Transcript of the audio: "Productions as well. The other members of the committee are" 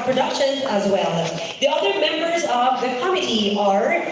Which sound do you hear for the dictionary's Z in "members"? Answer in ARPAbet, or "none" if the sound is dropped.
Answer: Z